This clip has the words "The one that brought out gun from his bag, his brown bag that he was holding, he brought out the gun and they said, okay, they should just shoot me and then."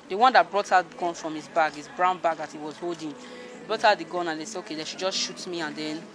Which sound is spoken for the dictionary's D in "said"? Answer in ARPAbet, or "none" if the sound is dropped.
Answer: none